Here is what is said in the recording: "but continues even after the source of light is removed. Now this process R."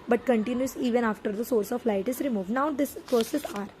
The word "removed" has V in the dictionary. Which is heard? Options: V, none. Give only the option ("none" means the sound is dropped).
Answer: V